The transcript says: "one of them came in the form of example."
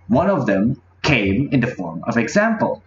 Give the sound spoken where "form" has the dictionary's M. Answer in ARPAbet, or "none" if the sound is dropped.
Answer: M